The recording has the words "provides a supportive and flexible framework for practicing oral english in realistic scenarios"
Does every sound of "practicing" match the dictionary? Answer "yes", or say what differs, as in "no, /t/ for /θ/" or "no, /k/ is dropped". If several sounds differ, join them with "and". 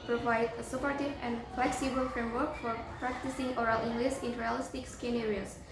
yes